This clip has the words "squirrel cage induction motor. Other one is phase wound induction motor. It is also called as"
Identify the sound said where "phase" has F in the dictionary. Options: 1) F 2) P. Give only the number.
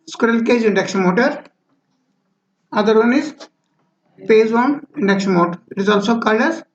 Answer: 2